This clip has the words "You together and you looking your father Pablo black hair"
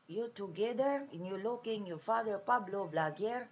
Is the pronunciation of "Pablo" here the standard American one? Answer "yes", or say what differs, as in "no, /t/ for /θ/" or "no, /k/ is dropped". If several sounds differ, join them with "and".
yes